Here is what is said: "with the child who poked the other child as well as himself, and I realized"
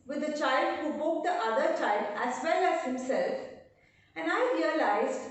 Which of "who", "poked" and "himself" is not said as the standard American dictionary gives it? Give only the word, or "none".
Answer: poked